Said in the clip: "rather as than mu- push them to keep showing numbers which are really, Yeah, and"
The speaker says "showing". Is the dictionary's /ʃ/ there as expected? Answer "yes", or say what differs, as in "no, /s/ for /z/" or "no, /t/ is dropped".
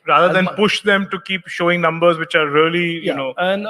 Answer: yes